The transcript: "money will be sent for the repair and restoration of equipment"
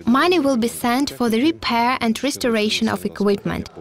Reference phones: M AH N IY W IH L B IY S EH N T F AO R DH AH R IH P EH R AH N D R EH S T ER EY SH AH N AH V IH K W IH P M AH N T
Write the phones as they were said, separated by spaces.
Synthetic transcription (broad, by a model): M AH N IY W IH L B IY S EH N T F AO R DH AH R IH P EH R AH N D R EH S T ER EY SH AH N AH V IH K W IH P M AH N T